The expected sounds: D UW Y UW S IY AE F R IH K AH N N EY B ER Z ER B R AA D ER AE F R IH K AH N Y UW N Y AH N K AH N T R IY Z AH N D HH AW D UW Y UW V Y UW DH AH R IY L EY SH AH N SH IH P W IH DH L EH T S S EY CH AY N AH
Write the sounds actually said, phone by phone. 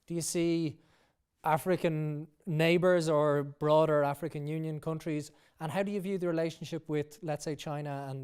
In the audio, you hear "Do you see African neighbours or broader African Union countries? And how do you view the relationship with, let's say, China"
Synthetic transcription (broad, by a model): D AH Y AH S IY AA F R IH K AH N N EY B ER Z ER B R AA D ER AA F R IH K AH N Y UW N Y AH N K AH N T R IY Z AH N HH AW D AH Y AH V Y UW DH AH R IY L EY SH AH N SH IH P W IH DH L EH T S S EY CH AY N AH